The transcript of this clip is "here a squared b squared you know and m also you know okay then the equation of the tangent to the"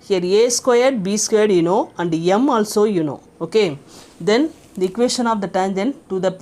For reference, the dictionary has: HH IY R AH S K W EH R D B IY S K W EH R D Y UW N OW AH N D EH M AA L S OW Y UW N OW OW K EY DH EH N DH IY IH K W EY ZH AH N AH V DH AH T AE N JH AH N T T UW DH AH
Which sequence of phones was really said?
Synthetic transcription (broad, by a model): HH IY R AH S K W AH R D B IY S K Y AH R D Y UW N OW AH N D EH M AA L S OW Y UW N OW OW K EY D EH N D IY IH K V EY S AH N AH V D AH T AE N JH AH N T T UW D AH